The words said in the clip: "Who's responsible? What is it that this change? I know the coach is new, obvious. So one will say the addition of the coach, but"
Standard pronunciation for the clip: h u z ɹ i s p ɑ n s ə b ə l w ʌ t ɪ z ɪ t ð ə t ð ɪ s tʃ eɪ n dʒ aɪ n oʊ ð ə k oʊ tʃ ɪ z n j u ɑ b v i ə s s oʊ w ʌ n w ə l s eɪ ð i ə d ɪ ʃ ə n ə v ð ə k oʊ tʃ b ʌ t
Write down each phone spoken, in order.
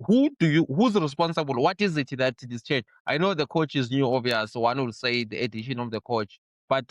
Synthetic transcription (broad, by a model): h u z ɹ i s p ɑ n s ə b ə l w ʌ t ɪ z ɪ t ð ə t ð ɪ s tʃ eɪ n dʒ aɪ n oʊ ð ə k oʊ tʃ ɪ z n j u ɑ v i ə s s w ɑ n w ə l s eɪ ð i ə d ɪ ʃ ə n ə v ð ə k oʊ tʃ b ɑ t